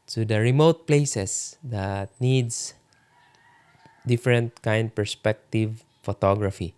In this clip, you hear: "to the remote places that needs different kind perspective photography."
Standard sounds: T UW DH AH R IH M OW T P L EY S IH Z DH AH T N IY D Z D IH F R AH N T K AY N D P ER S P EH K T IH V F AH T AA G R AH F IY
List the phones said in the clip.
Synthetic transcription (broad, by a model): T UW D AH R IH M OW T P L EY S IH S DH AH T N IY D S D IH F R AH N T K AY N D P ER S P EH K T IH V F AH T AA G R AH F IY